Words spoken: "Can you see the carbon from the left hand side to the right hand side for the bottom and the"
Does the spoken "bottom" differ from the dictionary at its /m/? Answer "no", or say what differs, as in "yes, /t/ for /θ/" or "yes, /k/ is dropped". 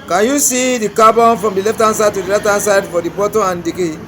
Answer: yes, /m/ is dropped